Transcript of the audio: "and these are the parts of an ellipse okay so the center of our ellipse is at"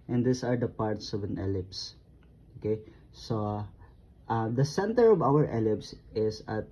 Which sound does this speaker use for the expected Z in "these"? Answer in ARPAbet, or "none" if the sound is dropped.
S